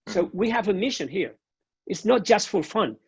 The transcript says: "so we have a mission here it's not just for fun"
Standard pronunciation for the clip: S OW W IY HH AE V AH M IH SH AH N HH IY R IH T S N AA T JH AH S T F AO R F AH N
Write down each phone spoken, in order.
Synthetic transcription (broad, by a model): S OW W IY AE V AH M IH SH AH N HH IY R IH T S N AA T JH AH S T F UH L F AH N